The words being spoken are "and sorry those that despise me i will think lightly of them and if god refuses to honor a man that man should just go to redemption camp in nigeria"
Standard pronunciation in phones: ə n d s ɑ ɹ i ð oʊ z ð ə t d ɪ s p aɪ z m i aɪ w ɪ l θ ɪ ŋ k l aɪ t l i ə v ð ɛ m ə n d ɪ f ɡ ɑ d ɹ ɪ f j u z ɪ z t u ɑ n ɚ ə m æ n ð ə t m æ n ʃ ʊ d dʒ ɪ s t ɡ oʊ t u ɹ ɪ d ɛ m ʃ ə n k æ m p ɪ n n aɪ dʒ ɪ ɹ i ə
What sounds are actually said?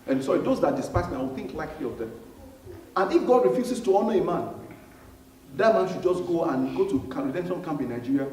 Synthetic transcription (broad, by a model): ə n s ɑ i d oʊ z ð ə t d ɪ s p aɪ s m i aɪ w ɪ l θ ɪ ŋ k l aɪ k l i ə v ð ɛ m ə n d ɪ f ɡ ɑ d ɹ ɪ f j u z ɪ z t u ɑ n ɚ ə m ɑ n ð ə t m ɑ n ʃ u d dʒ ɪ s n ɡ oʊ t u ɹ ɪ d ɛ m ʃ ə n k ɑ m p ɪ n n aɪ dʒ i ɹ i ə